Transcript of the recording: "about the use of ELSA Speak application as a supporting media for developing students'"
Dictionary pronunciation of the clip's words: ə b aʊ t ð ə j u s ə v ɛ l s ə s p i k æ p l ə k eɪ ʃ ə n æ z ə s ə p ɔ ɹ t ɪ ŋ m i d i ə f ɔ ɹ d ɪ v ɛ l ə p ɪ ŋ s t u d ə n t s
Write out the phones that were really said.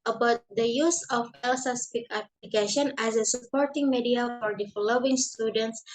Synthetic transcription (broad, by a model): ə b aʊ t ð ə j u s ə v ɛ l s ə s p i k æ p l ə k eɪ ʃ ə n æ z ə s ə p ɔ ɹ t ɪ ŋ m i d i ə f ɔ ɹ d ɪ f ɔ l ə ɪ ŋ s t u d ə n t s